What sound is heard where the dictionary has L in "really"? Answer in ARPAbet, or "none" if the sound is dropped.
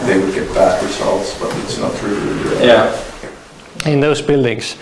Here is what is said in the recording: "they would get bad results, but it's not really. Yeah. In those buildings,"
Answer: none